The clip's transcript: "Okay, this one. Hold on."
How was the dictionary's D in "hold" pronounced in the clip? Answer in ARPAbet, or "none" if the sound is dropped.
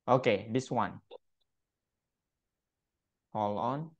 none